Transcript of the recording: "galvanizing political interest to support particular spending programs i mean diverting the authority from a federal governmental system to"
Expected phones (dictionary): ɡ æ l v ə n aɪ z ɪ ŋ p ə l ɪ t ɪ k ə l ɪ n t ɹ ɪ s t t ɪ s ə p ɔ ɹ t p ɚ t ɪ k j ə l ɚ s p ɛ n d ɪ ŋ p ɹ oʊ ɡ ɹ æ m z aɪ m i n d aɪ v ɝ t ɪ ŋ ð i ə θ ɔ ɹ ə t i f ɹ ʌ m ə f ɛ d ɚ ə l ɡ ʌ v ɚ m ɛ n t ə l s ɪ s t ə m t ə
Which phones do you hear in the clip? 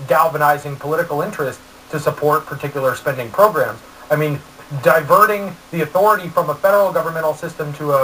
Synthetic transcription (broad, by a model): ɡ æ l v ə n aɪ z ɪ ŋ p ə l ɪ t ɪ k l ɪ n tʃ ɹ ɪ s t t ɪ s ə p ɔ ɹ t p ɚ t ɪ k j l ɚ s p ɛ n d ɪ ŋ p ɹ oʊ ɡ ɹ æ m z aɪ m i n d aɪ v ɝ t ɪ ŋ ð i ə θ ɔ ɹ ə t i f ɹ ʌ m ə f ɛ d ɚ l ɡ ʌ v ɚ m ɛ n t l s ɪ s t ə m t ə